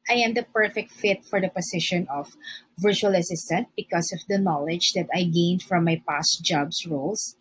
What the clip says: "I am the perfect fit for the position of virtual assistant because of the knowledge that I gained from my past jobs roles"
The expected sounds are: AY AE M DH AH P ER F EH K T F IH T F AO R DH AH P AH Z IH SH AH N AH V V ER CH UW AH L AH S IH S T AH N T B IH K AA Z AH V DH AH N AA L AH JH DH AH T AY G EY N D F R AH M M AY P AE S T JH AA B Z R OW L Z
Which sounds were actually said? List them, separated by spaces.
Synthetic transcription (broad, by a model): AY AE M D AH P ER F EH K T F IH T F AO R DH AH P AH S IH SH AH N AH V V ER CH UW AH L AH S IH S T AH N T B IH K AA S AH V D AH N AA L AH JH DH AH T AY G EY N D F R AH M M AY P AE S T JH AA B S R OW L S